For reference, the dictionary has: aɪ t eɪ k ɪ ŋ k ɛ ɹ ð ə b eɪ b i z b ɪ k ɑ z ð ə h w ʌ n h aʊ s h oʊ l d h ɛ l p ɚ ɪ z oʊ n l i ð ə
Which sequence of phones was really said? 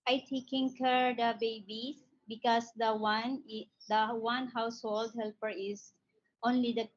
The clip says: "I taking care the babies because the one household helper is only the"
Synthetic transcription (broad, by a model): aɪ t eɪ k ɪ ŋ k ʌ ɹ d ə b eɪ b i b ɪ k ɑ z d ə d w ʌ n h aʊ s h oʊ l d h ɛ l p ɚ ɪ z oʊ n l i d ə